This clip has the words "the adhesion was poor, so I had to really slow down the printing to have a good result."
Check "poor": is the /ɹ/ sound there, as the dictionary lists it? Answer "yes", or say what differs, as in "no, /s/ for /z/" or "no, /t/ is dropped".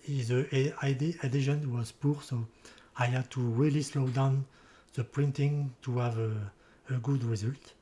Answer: yes